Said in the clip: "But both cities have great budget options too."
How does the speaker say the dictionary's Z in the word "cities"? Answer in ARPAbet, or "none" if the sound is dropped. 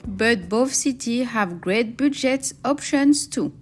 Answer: none